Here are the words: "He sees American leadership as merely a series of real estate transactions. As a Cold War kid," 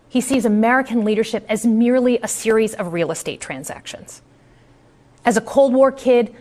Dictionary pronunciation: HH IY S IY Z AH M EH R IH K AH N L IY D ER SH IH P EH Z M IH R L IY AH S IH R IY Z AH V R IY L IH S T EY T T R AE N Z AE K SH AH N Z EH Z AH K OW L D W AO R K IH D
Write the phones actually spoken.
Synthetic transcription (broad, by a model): HH IY S IY Z AH M EH R IH K AH N L IY D ER SH IH P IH Z M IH R L IY AH S IH R IY Z AH V R IY L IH S T EY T T R AE N Z AE K SH AH N Z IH Z AH K OW L D W AO R K IH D